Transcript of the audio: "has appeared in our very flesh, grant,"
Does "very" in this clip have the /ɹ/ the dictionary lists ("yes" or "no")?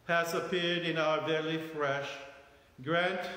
no